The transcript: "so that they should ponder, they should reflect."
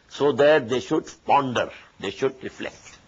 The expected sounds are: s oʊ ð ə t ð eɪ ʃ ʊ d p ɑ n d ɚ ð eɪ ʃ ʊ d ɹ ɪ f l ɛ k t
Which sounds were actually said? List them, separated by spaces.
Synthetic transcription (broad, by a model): s oʊ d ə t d eɪ ʃ ʊ d p ɑ n d ɚ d eɪ ʃ ʊ d ɹ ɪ f l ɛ k t